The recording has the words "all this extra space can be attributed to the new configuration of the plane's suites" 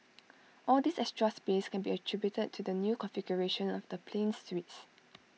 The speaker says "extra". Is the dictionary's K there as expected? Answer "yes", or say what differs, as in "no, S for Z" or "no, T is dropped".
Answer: no, K is dropped